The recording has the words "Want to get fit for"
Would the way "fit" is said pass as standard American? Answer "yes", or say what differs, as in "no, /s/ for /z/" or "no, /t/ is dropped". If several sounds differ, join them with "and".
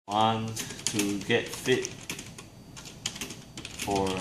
yes